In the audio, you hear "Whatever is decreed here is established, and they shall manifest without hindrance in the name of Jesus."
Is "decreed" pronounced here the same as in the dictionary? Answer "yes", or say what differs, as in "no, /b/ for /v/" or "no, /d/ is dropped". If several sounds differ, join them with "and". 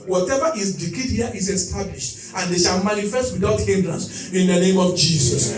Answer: no, /ɹ/ is dropped